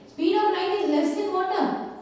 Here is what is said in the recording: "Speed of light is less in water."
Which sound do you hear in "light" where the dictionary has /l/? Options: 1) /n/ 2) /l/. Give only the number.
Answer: 1